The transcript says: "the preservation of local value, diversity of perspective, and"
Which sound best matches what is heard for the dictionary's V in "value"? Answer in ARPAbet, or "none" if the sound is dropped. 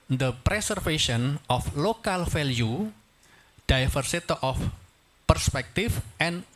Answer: F